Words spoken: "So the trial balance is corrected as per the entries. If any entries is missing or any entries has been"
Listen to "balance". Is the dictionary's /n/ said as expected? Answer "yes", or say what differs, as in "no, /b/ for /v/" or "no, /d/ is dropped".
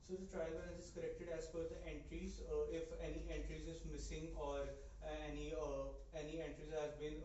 no, /n/ is dropped